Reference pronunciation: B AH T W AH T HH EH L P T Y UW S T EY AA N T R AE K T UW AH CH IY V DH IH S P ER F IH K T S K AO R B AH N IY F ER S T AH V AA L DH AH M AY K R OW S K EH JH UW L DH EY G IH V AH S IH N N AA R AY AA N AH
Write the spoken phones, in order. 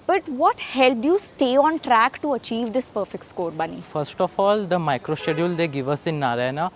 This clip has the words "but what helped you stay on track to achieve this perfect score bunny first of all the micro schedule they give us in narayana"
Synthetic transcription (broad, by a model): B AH T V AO T HH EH L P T Y UW S T EY AA N T R AE K T UW AH CH IY V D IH S P ER F IH K T S K AO R B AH N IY F ER S T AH F AA L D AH M AY K R OW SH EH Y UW L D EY G IH V AH S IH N N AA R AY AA N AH